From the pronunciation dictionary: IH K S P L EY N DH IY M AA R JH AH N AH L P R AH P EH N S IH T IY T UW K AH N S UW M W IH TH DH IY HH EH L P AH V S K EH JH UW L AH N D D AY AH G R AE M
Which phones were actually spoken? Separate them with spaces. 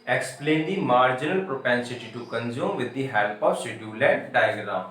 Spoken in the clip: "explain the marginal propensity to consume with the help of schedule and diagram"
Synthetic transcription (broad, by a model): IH K S P L EY N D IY M AA R JH AH N AH L P R AH P EH N S IH T IY T UW K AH N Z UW M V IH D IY HH EH L P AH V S EH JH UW L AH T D D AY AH G R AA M